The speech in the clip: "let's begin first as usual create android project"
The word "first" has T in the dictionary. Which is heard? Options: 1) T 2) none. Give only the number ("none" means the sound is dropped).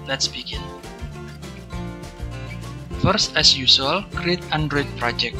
1